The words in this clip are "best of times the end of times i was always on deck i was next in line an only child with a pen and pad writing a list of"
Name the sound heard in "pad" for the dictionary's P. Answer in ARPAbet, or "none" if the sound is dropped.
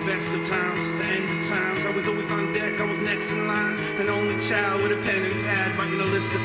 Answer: B